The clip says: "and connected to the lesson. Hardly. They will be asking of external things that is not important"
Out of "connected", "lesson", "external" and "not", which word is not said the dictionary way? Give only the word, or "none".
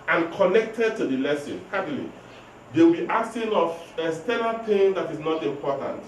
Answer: external